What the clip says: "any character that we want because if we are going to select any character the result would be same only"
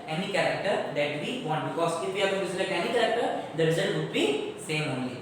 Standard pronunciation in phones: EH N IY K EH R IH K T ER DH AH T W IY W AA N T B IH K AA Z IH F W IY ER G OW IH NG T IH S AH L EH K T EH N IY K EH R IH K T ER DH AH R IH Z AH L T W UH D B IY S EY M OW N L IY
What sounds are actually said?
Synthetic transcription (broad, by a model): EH N IY K EH R IH K T ER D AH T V IY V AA N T B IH K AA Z IH F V IY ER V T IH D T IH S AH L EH T EH N IY K EH R IH K T ER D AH R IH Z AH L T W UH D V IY S EY M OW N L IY